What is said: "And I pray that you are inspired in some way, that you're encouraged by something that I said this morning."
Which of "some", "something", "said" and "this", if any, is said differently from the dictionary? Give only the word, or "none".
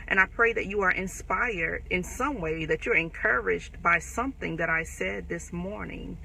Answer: none